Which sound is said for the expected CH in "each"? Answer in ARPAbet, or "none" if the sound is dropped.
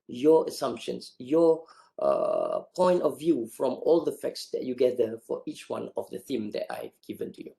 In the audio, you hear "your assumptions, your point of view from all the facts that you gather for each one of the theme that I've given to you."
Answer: CH